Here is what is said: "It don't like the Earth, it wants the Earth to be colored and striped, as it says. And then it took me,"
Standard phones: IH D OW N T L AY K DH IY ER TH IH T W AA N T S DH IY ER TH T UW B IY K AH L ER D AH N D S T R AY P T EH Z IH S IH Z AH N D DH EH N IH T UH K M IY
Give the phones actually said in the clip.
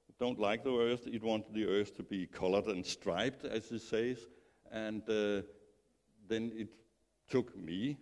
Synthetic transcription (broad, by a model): D OW N T L AY K DH IY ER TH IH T W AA N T DH IY ER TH T UW B IY K AH L ER D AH N S T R AY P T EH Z IH S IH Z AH N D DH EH N IH T UH K M IY